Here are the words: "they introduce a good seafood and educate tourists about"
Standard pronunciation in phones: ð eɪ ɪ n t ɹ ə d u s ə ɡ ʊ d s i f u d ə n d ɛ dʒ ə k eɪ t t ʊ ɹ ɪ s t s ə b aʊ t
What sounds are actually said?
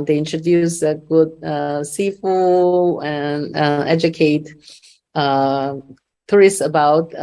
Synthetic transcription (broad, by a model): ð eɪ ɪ n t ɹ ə d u s ə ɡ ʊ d s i f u ə n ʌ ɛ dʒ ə k eɪ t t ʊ ɹ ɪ s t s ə b aʊ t